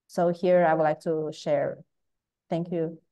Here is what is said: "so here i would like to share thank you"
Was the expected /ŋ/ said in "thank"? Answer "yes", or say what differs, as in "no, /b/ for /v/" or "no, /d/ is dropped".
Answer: yes